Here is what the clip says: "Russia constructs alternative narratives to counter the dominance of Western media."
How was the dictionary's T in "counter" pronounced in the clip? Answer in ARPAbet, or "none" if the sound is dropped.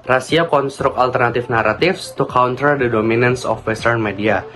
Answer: T